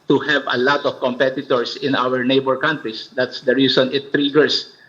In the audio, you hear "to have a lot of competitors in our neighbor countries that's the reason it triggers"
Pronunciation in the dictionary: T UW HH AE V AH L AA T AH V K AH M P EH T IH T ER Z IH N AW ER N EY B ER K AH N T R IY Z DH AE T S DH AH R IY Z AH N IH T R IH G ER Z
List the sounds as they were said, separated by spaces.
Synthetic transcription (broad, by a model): T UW HH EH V AH L AA T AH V K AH M P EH T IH T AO S IH N AW ER N EY B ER K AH N T R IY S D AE T S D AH R IY S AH N IH T R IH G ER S